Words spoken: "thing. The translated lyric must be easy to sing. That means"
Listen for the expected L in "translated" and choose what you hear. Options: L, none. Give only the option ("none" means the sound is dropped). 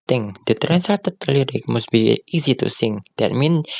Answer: none